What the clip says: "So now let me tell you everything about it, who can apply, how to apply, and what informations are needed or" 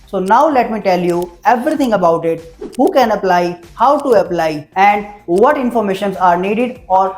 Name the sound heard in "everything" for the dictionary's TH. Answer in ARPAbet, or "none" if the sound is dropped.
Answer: T